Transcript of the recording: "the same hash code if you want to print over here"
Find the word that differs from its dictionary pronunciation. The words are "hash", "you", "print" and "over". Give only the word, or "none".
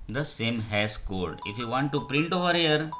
hash